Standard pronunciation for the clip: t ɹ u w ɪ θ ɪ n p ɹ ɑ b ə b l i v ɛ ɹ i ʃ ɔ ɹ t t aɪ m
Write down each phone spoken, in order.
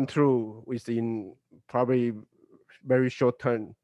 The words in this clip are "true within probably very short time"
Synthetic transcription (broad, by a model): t ɹ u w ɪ s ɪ n p ɹ ɑ b ə b l i v ɛ ɹ i ʃ ɔ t t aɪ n